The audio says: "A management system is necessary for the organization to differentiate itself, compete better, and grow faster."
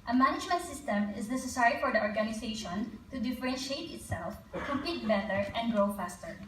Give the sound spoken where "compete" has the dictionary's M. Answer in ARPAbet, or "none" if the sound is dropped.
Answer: none